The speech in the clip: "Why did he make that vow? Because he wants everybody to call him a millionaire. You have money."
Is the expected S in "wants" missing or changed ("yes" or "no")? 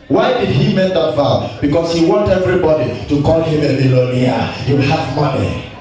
yes